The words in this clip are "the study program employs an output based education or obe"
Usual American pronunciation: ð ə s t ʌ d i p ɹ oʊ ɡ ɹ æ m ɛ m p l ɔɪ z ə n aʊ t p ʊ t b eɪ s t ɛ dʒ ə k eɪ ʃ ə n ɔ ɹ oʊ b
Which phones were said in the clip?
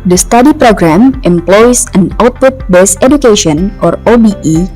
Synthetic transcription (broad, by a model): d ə s t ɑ d i p ɹ oʊ ɡ ɹ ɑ m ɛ m p l ɔɪ s ə n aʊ t p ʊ t b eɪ s ɛ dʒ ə k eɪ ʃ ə n ɔ ɹ oʊ b